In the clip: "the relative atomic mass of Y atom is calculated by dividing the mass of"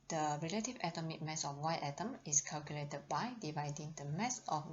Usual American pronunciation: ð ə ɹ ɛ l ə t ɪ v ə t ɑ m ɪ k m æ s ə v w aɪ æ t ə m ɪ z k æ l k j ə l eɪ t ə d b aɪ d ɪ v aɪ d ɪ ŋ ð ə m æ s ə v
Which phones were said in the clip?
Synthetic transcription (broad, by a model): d ə ɹ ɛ l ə t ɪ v ə t ɑ m ɪ k m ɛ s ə f w aɪ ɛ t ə m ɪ s k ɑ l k j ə l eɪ t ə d b aɪ d ɪ v aɪ d ɪ ŋ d ə m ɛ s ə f